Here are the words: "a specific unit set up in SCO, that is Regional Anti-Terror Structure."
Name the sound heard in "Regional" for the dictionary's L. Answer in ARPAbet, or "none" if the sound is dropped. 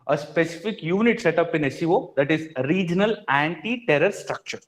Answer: L